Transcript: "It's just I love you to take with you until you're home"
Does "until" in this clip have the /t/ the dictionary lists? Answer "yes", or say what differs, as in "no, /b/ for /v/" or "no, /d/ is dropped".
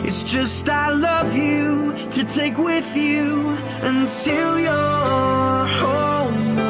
no, /s/ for /t/